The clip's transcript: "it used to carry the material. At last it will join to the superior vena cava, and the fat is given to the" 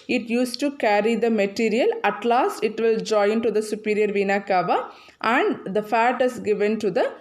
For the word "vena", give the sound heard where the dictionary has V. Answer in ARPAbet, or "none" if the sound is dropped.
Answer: V